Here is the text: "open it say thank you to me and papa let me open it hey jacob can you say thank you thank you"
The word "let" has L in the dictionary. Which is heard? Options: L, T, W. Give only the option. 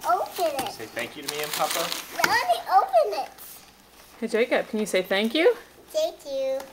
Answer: W